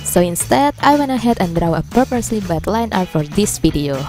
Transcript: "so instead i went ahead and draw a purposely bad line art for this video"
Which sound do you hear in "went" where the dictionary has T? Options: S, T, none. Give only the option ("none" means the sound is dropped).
none